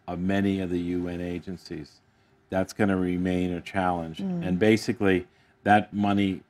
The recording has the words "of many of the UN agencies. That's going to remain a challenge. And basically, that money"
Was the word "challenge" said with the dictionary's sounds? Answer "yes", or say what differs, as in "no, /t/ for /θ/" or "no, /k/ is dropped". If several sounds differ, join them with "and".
yes